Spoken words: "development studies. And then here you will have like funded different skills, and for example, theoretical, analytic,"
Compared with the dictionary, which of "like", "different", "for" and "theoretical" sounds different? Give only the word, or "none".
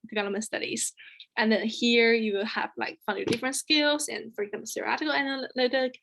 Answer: theoretical